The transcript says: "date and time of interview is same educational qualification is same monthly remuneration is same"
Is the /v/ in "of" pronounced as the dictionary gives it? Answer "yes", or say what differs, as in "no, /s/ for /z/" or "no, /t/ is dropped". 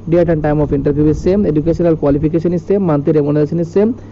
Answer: no, /p/ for /v/